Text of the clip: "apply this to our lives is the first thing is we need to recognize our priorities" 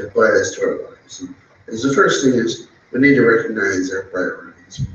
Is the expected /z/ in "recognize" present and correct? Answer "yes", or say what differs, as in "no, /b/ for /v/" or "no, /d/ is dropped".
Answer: yes